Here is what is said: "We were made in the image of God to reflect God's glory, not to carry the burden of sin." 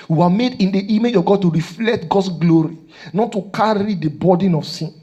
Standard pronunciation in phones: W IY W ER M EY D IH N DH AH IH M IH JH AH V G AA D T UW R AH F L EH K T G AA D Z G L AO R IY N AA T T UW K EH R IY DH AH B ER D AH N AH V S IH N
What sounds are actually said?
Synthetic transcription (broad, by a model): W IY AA M EY D IH N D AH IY M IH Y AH G AA D T UW R AH F L EH K T G AA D S G L AO R IY N AA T T UW K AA R IY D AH B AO D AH N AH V S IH N